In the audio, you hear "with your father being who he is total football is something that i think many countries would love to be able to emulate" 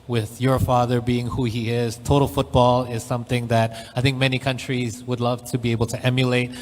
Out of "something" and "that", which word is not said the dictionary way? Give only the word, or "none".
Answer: none